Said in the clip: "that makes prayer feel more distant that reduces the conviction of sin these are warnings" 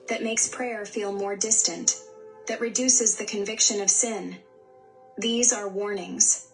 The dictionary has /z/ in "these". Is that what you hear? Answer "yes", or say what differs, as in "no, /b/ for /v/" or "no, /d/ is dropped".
yes